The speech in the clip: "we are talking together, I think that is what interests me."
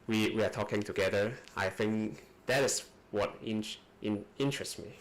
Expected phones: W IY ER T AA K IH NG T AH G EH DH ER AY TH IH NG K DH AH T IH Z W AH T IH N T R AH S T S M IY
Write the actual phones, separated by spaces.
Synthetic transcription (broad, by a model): W IY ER T AA K IH NG T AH G EH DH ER AY TH IH NG K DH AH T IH S W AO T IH N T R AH S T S M IY